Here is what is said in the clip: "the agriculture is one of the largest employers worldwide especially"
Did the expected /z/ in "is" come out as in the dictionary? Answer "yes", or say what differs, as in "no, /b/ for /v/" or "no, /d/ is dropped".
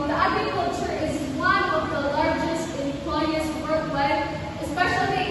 yes